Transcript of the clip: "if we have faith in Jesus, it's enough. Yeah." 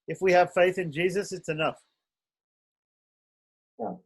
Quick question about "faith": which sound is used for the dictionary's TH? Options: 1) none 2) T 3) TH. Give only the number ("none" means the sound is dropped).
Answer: 3